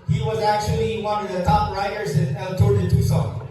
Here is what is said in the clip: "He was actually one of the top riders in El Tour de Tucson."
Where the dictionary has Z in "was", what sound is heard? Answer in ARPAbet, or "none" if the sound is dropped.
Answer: Z